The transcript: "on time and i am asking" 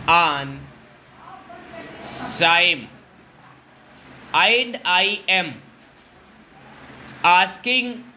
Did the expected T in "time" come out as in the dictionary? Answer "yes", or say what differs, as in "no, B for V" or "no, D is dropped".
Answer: no, S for T